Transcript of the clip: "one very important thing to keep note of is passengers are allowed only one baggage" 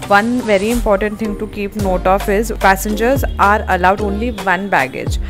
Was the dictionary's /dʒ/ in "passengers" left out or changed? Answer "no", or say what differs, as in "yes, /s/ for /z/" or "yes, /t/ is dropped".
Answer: no